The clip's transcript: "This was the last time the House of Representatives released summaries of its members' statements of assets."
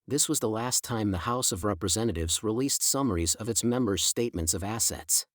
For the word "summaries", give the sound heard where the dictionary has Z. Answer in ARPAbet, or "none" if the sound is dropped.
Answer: Z